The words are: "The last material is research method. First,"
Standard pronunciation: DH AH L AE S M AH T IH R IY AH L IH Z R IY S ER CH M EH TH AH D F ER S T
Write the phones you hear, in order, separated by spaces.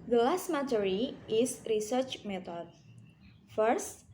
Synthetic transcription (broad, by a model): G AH L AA S M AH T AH R IY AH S R IY S ER CH M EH T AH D F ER S T